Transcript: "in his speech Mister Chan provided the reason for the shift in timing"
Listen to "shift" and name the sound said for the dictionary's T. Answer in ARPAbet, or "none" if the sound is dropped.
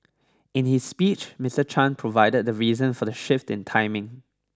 T